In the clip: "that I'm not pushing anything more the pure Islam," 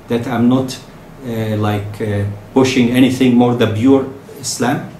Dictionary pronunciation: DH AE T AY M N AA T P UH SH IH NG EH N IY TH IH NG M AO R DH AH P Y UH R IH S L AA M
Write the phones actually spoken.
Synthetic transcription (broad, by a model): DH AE T AY M N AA T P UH SH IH NG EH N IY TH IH NG M AO R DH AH B Y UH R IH S L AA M